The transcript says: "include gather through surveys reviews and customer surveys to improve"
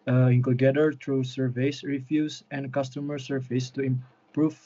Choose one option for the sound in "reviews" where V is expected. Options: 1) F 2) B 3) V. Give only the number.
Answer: 1